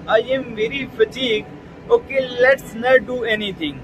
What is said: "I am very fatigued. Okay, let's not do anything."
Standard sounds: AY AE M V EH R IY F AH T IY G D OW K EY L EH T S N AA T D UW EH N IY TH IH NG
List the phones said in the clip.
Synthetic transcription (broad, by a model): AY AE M V EH R IY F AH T IY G OW K EY L EH T S N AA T D UW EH N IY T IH NG